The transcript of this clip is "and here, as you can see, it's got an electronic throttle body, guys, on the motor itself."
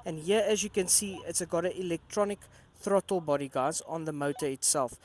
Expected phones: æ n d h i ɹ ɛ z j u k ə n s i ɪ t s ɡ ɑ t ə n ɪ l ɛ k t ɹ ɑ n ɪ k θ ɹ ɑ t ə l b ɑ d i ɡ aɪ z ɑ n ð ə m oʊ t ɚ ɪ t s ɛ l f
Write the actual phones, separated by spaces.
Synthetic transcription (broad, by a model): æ n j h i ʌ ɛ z j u k ə n s i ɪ t s ɡ ɑ t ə ɪ l ɛ k t ɹ ɑ n ɪ k θ ɹ ɑ t ə l b ɑ d i ɡ aɪ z ɑ n ð ə m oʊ t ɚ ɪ t s ɛ l f